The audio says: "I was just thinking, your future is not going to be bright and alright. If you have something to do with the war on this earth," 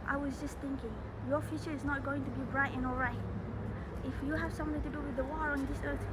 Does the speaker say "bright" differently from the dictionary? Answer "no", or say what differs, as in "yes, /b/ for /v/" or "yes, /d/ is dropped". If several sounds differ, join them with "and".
no